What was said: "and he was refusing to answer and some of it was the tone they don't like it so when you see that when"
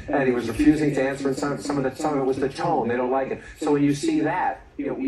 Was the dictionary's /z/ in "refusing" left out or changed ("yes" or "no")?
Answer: no